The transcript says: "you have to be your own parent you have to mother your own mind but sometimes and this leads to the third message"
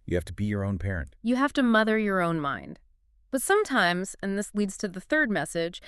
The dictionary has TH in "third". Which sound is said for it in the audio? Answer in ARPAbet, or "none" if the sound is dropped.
TH